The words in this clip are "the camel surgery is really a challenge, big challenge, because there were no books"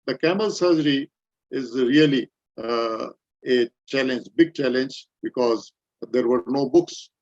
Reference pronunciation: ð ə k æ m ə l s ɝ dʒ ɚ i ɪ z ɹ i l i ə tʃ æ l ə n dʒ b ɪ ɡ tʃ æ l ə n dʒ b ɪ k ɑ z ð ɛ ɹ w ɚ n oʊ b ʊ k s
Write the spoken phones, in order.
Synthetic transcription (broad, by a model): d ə k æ m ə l s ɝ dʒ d i ɪ z ɹ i l i ə tʃ æ l ə n dʒ b ɪ ɡ tʃ æ l ə n dʒ b ɪ k ɑ z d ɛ ɹ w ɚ n oʊ b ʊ k s